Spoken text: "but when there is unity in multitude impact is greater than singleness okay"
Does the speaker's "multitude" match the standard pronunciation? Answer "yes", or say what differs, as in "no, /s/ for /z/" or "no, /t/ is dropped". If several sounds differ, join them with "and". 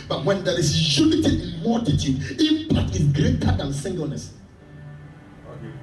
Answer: no, /l/ is dropped